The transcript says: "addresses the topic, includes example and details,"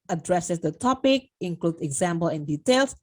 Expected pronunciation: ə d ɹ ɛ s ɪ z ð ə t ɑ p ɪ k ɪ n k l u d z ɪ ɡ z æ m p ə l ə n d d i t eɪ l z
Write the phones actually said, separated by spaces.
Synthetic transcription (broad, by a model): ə d ɹ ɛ s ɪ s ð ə t ɑ p ɪ k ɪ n k l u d ɪ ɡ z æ m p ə l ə n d d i t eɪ l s